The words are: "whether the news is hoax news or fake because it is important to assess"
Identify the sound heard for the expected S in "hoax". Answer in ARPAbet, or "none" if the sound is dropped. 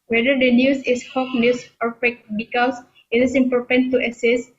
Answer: none